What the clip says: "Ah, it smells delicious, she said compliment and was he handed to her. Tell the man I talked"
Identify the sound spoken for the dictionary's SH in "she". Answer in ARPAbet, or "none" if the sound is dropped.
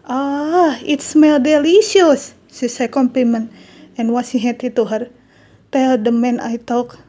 S